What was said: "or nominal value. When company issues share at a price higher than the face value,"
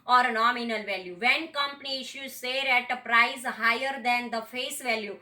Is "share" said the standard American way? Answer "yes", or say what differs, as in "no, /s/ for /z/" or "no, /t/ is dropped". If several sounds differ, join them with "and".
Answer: no, /s/ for /ʃ/